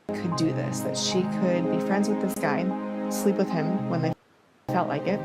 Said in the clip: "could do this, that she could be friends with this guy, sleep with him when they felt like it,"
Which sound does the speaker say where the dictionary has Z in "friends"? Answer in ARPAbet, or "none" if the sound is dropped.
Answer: Z